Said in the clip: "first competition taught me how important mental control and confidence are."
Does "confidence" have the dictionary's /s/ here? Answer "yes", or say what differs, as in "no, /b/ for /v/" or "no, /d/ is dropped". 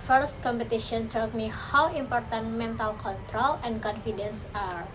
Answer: yes